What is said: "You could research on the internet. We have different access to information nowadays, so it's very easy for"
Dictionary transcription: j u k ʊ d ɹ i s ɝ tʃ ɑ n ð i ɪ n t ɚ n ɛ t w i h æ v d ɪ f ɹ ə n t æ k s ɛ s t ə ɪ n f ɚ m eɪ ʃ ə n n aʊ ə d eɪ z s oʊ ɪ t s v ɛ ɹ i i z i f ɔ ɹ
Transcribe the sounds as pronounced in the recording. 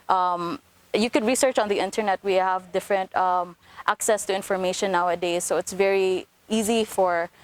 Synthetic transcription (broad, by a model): j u k ʊ d ɹ i s ɝ tʃ ɑ n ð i ɪ n t ɚ n ɛ t w i h æ v d ɪ f ɹ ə n t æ k s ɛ s t ə ɪ n f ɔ m eɪ ʃ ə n n aʊ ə d eɪ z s oʊ ɪ t s v ɛ ɹ i i z i f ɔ ɹ